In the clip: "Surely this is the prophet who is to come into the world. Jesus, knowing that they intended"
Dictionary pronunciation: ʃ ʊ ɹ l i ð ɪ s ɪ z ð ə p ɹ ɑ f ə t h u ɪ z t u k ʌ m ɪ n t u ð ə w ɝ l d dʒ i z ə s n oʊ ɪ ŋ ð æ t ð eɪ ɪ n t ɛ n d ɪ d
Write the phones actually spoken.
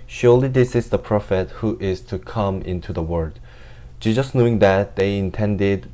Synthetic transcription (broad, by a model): ʃ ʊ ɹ l i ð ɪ s ɪ z ð ə p ɹ ɑ f ə t h u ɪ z t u k ʌ m ɪ n t u ð ə w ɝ d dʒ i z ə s n oʊ ɪ ŋ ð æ t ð eɪ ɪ n t ɛ n d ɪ d